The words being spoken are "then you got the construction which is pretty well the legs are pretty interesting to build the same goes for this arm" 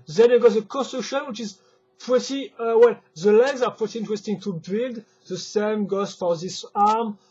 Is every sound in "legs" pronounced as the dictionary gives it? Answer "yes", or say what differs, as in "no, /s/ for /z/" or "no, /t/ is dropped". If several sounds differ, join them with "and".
yes